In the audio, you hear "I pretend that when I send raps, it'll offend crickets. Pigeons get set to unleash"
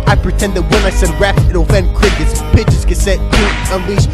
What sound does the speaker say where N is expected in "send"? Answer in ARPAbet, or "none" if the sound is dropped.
none